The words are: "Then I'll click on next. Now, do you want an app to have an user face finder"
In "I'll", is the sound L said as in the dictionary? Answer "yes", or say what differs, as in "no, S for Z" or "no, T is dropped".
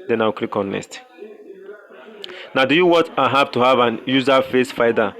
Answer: no, W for L